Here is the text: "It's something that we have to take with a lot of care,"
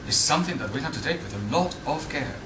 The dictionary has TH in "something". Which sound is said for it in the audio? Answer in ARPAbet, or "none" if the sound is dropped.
TH